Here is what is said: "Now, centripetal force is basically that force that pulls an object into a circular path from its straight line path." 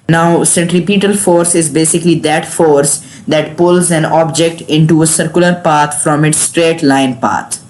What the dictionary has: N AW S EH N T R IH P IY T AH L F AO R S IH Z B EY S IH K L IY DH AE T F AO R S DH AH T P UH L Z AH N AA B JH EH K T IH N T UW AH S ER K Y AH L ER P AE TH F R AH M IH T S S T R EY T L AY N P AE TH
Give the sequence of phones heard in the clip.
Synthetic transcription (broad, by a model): N AW S EH N T R IH P IY T AH L F AO R S IH Z B EY S IH K L IY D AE T F AO R S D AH T P UH L Z AH N AA B JH EH K T IH N T UW AH S ER K Y AH L ER P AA T F R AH M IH T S S T R EY T L AY N P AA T